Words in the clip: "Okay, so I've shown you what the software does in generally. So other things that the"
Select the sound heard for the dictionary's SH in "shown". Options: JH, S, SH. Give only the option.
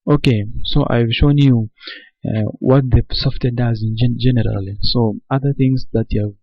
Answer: SH